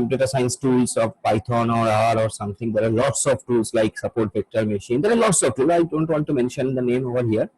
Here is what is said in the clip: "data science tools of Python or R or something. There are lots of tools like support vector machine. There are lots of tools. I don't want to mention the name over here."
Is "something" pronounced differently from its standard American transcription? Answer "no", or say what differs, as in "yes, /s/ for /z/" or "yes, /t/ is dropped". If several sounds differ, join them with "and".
yes, /t/ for /θ/